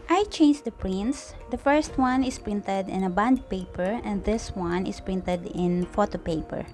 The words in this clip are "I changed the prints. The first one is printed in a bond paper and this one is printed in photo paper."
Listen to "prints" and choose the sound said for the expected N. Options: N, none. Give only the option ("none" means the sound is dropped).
N